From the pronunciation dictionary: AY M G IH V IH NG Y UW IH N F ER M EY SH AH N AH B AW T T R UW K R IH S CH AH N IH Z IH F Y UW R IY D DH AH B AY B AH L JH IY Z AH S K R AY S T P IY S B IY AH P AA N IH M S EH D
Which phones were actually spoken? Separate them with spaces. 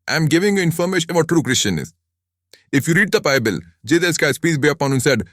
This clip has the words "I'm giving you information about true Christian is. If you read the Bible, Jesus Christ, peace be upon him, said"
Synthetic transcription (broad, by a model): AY M G IH V IH NG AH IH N F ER M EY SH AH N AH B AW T T R UW K R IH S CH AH N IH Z IH F Y UW R IY D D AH B AY B AH L JH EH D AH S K AY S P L IY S B IY AH P AA N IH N S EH D